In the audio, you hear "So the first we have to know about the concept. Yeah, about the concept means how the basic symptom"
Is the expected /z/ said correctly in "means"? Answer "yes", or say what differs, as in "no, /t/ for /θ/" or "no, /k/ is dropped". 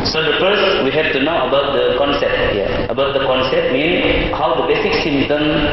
no, /z/ is dropped